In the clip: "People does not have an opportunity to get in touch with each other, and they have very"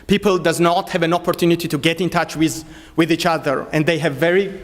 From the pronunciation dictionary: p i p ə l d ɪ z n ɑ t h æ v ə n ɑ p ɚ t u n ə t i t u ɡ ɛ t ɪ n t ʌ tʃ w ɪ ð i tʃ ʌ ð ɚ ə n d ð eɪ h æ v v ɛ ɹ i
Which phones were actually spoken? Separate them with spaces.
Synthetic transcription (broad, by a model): p i p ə l d ɪ z n ɑ t h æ v ə n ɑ p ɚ t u n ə t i t u ɡ ɛ t ɪ n t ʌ tʃ w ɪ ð i tʃ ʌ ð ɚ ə n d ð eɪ h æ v v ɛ ɹ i